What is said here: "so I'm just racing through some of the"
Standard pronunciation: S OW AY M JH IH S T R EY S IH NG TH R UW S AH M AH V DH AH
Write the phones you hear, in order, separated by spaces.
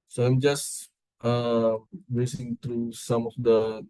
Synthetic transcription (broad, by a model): S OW AY M JH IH S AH R EY S IH NG T R UW S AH M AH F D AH